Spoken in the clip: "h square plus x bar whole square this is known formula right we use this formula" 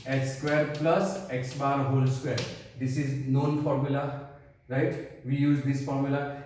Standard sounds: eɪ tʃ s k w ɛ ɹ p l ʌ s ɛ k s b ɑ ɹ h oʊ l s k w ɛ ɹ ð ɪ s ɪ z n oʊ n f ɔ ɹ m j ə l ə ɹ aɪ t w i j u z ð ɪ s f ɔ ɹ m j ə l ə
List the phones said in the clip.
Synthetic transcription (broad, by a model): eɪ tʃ s k w ɛ ɹ p l ʌ s ɛ k s b ɑ ɹ h oʊ l s k w ɛ ɹ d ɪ s ɪ z n oʊ n f ɔ ɹ m j ə l ə ɹ aɪ t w i j u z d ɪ s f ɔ ɹ m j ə l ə